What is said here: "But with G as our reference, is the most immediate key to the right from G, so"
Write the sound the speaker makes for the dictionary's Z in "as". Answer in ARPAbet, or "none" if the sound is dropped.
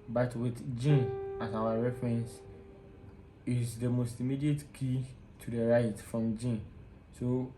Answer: S